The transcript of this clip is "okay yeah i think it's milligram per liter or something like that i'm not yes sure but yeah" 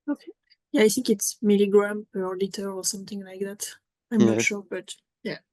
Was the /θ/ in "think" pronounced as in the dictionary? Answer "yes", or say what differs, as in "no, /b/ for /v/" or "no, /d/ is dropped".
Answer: yes